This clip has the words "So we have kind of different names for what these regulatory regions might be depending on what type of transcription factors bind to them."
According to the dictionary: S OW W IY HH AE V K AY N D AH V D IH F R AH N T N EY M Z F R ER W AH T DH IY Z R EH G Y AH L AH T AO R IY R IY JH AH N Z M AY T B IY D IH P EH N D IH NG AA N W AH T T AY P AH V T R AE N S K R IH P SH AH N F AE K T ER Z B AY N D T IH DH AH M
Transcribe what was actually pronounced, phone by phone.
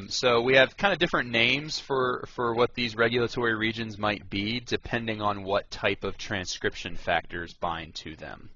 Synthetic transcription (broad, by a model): S OW W IY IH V K AY N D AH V D IH F R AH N N EY M Z F R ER W AH T DH IY Z R EH G Y L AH T AO R IY R IY JH AH N Z M AY T B IY D IH P EH N D IH NG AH N W AH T T AY P AH V T R AE N S K R IH P SH AH N F AE K T ER Z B AY N T IH DH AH M